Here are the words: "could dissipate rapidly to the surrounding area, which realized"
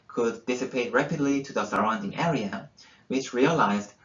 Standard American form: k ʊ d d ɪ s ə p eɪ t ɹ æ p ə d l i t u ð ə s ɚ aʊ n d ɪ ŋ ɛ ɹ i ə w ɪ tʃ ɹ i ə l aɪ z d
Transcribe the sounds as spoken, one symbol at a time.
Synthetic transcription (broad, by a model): k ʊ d d ɪ s ə p eɪ t ɹ æ p ə d l i t u ð ə s ɚ aʊ n d ɪ ŋ ɛ ɹ i ə w ɪ tʃ ɹ i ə l aɪ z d